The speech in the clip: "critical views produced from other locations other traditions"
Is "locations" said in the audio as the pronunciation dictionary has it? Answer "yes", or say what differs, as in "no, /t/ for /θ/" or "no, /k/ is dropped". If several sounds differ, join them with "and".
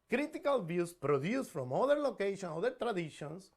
no, /z/ is dropped